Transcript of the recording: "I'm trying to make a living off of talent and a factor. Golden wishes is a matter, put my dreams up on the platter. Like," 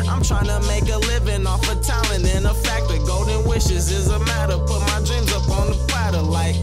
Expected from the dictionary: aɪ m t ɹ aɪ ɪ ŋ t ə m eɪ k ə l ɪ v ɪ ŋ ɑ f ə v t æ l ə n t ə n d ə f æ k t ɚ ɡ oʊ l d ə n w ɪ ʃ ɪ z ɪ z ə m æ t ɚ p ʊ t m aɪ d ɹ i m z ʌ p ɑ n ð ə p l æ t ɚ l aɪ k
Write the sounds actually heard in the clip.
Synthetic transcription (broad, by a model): aɪ m t ɹ aɪ ɪ ŋ t ə m eɪ k ə l ɪ v ɪ ŋ ɑ f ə t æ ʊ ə n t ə n ə f æ k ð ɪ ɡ oʊ d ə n w ɪ ʃ ɪ z ɪ z ə m æ t ɚ p ʊ t m aɪ d ɹ i m z ʌ p n ð ə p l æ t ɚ l aɪ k